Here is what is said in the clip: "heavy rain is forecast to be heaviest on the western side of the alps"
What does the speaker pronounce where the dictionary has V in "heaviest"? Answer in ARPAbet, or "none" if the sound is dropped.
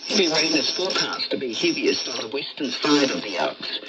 B